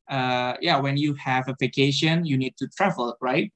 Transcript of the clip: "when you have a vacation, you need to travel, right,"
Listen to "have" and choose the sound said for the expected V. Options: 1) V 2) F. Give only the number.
1